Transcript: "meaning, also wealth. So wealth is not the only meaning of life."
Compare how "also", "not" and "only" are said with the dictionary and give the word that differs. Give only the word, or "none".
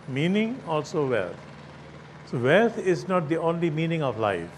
none